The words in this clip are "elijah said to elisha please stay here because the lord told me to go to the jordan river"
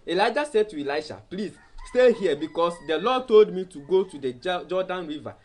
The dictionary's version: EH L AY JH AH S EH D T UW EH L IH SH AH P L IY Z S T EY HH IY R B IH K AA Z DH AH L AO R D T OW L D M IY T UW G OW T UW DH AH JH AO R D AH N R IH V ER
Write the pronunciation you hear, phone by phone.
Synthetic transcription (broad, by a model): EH L AY JH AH S EH D T UW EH L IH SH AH P L IY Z S T EY HH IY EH B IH K AA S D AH L AO D T OW L D M IY T UW G OW T UW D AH JH AO D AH N R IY V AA